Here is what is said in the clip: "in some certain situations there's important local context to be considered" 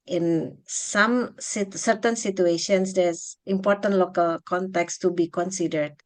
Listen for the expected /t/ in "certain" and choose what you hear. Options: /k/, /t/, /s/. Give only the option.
/t/